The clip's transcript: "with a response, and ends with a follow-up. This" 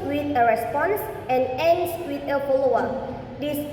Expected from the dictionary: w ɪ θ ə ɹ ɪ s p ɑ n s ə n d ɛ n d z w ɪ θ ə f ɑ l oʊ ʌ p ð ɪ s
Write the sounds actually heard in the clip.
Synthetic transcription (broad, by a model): w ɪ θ ə ɹ ɪ s p ɑ n s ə n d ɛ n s w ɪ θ ə p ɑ l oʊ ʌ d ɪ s